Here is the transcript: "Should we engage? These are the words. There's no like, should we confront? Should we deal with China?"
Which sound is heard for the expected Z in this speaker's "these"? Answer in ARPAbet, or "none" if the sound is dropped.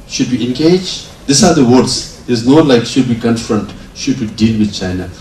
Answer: S